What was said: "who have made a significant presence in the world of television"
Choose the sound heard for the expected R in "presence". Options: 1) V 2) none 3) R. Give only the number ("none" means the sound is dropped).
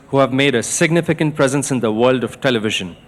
3